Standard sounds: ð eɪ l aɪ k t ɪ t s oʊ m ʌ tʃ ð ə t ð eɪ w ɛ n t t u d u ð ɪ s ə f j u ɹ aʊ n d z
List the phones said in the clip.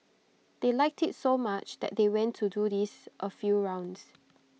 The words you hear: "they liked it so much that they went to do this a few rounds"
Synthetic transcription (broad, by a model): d eɪ l aɪ k t ɪ t s oʊ m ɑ tʃ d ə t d eɪ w ɛ n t t u d u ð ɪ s ə f j u ɹ aʊ n d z